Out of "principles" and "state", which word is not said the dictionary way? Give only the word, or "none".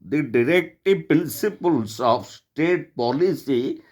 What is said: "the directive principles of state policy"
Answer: principles